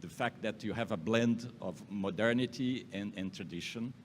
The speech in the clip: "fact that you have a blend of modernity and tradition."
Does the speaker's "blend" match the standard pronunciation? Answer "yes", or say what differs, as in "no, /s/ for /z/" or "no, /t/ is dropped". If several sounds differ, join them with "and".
yes